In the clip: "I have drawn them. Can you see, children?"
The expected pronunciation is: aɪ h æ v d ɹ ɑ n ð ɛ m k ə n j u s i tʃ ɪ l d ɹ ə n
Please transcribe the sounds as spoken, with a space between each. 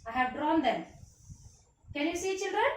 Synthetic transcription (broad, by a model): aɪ h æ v d ɹ ɑ n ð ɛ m k ə n j u s i tʃ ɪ l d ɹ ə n